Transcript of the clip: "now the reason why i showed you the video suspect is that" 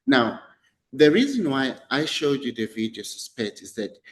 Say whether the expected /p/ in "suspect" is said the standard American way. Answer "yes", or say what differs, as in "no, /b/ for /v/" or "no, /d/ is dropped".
yes